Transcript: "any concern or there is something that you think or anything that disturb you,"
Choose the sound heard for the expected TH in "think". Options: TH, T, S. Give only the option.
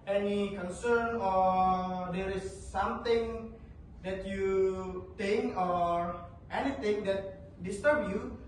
T